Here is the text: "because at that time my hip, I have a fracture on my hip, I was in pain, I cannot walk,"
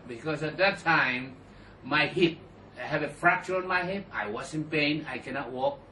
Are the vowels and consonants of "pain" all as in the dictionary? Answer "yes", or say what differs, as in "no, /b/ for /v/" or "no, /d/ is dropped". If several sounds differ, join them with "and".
yes